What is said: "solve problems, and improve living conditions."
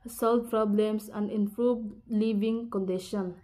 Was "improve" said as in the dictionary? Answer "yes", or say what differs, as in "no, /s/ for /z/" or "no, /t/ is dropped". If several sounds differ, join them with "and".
no, /b/ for /v/